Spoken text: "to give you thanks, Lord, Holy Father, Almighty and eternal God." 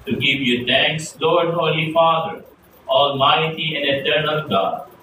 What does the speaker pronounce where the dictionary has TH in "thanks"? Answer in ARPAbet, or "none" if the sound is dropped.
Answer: T